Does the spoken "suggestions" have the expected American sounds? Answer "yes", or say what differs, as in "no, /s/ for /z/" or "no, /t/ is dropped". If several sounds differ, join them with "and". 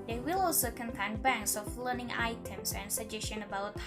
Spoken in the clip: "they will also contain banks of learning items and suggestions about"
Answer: no, /z/ is dropped